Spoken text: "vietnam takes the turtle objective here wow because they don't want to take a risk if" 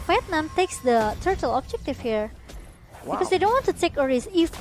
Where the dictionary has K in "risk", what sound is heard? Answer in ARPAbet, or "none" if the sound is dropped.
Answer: none